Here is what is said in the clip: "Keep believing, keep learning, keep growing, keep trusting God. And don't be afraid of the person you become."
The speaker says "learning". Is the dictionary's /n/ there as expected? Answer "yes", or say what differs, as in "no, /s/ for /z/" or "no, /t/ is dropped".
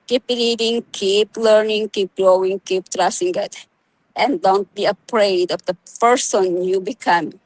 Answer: yes